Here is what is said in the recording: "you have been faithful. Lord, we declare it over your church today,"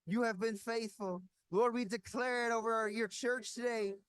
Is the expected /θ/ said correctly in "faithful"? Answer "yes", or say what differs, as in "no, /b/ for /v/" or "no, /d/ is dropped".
yes